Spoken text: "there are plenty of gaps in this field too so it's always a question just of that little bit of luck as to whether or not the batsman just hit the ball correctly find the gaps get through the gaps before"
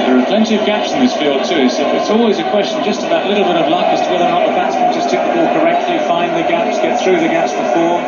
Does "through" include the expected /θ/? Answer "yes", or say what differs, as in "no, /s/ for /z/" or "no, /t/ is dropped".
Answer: yes